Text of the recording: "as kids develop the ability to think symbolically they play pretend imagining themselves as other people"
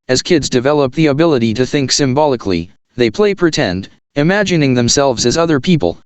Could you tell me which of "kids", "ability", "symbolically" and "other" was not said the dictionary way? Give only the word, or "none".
none